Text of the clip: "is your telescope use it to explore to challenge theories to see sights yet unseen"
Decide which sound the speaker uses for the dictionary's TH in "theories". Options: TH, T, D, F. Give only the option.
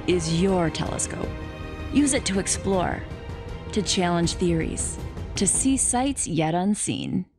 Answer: TH